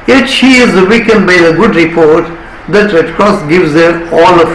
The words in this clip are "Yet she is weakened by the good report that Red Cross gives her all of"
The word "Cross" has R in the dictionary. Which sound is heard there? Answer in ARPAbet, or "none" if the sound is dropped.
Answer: R